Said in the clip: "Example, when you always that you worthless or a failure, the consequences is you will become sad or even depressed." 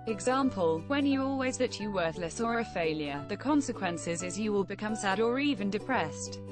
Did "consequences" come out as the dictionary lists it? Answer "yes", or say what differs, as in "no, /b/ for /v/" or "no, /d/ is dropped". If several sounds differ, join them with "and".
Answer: yes